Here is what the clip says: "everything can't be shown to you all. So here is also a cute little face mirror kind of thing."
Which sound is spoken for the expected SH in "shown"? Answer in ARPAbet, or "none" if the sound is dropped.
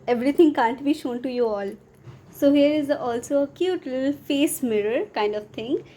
SH